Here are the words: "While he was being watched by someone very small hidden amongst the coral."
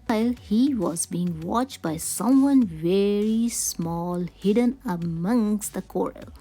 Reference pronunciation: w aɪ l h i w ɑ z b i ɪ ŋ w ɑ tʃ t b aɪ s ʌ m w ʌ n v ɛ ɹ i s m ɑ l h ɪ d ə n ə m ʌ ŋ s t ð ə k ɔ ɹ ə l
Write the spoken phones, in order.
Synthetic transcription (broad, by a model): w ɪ l h i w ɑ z b i ɪ ŋ w ɑ tʃ t b aɪ s ʌ m w ʌ n v ɛ ɹ i s m ɑ l h ɪ d ə n ə m ʌ ŋ s t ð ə k ɔ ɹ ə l